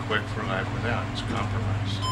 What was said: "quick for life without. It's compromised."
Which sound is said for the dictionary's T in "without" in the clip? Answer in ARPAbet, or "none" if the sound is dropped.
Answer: none